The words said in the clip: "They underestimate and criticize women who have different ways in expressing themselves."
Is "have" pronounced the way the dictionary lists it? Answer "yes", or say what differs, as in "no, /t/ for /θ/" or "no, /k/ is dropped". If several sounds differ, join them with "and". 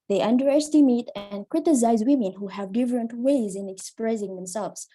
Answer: yes